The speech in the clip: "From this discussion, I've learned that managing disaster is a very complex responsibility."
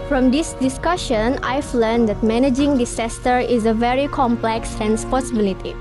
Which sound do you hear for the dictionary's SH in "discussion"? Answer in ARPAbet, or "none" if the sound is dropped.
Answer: SH